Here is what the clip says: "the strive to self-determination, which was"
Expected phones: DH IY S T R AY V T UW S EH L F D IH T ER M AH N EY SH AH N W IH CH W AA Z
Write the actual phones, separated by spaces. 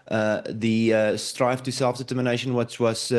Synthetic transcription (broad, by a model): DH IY S T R AY F T UW S EH L F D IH T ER M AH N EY SH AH N W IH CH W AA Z